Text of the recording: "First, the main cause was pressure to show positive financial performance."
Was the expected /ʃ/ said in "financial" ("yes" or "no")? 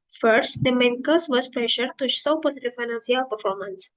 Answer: no